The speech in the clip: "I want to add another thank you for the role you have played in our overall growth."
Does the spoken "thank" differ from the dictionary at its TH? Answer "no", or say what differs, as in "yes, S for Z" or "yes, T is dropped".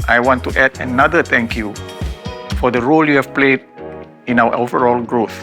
yes, T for TH